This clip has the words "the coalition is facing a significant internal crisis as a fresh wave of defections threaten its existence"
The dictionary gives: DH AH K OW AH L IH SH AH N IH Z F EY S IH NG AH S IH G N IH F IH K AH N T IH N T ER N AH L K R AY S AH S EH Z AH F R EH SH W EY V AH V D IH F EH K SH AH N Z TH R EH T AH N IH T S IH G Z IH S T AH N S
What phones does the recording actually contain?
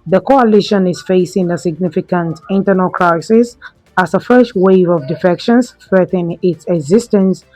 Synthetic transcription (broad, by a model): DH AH K OW AH L IH SH AH N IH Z F EY S IH NG AH S IH G N IH F IH K AH N T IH N T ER N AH L K R AY S AH S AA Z AH F R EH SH W EY V AH V D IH F EH K SH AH N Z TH R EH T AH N IH T S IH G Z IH S T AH N S